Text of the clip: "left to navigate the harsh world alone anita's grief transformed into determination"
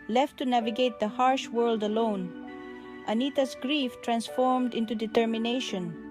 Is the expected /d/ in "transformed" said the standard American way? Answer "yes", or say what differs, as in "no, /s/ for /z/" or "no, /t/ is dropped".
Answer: yes